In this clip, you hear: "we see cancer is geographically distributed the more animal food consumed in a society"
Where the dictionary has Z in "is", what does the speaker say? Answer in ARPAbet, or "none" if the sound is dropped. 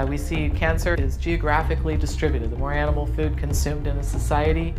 Z